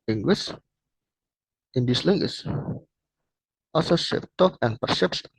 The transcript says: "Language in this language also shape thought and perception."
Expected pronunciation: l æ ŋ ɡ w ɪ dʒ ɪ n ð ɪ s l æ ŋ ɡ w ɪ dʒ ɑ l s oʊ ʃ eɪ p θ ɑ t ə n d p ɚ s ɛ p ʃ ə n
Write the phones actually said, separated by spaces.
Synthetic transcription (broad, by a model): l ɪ ŋ ɡ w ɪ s ɪ n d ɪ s l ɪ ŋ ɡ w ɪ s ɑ s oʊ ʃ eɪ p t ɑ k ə n p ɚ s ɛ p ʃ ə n